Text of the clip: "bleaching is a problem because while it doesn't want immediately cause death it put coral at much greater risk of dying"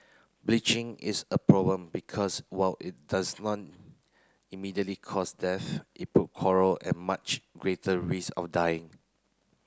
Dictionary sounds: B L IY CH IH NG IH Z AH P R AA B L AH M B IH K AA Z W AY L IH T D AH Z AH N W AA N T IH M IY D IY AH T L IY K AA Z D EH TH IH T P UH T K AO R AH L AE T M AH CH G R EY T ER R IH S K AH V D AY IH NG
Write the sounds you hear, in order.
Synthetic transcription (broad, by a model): B L IY CH IH NG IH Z AH P R AA B L AH M B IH K AA S W AY L IH T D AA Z N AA T IH M IY D IY AH T L IY K AA S D EH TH IH T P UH T K AO R AH L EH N M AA CH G R EY T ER R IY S AH F D AY IH NG